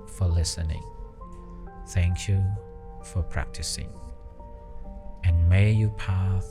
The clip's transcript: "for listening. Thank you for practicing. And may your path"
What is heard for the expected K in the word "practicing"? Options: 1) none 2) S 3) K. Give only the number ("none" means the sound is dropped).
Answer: 3